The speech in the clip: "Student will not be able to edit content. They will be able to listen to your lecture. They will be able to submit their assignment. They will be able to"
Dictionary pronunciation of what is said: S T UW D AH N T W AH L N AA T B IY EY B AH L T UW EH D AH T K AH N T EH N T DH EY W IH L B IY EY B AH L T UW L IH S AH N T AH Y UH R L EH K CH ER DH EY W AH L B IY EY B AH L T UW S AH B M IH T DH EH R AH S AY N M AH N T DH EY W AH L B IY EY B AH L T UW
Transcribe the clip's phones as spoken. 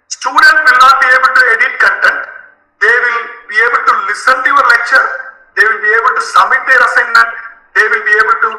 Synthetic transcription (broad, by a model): S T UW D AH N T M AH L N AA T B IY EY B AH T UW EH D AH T K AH N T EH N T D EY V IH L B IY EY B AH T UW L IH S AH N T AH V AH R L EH CH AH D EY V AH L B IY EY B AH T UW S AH M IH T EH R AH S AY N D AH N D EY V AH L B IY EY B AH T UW